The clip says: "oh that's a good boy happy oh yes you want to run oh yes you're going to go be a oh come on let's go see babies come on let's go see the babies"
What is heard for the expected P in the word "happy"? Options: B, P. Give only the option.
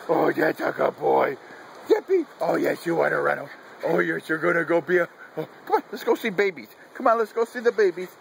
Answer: B